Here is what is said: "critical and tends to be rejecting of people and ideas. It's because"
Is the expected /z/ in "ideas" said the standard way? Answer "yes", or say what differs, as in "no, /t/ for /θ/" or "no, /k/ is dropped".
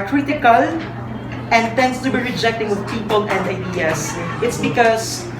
no, /s/ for /z/